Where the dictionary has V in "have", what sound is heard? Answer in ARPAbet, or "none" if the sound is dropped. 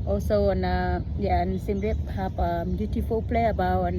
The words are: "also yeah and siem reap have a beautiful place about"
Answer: P